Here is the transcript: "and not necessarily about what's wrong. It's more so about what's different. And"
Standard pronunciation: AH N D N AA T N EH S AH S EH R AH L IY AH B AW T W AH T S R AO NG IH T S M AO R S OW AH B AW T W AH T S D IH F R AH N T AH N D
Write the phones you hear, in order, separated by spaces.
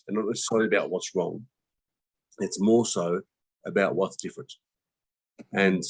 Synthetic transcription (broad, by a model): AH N N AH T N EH S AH S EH AH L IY AH B AW T W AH T S R AO NG IH T S M AO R S OW AH B AW T W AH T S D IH F AH T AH N